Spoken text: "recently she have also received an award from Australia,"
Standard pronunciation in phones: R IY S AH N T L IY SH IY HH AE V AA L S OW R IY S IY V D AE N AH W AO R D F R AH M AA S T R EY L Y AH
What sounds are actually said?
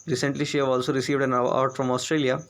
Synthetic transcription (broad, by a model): R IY S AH N T L IY SH IY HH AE V AA L S OW R IY S IY V D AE N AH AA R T F R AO M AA S T R EY L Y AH